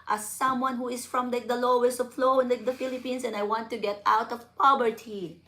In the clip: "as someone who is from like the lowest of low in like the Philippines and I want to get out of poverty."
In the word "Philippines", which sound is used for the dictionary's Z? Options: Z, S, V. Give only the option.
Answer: S